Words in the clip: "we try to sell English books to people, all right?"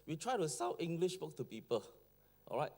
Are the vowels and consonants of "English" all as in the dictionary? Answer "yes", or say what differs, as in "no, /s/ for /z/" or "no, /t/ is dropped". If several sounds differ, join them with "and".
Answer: yes